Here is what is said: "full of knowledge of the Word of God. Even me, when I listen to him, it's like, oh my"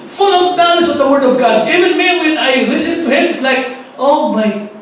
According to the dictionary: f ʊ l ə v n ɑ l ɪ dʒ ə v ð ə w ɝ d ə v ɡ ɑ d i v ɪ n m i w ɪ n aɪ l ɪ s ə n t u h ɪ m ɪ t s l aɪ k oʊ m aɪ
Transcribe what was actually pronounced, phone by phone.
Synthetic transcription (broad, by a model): f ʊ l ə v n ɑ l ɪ z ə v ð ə w ɝ d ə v ɡ ɑ d i v ɪ n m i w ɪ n aɪ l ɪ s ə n t u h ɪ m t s l aɪ k oʊ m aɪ